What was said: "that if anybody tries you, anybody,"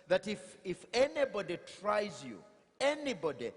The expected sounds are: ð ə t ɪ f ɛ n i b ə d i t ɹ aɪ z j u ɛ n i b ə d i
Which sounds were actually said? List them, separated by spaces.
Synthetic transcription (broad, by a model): ð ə t ɪ f ɛ n i b ə d i t ɹ aɪ z j u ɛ n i b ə d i